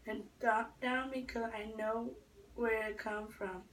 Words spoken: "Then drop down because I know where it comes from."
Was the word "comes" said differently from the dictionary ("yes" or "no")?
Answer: yes